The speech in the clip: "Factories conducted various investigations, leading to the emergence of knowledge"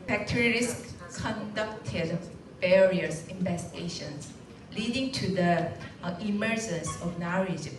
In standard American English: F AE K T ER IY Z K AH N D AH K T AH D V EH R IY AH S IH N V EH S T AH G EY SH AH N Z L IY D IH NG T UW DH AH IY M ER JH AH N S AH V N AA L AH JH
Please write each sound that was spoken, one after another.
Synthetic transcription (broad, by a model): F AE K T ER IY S K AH N D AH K T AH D B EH R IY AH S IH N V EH S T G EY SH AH N S L IY D IH NG T UW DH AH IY M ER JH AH N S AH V N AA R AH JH